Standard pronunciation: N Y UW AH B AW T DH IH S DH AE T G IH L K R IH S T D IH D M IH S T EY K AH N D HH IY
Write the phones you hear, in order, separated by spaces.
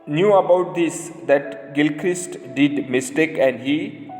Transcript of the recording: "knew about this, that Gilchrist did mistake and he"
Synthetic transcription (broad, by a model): N Y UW AH B AW T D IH S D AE T G IH L K R IH S T D IH D M IH S T EY K AH N D HH IY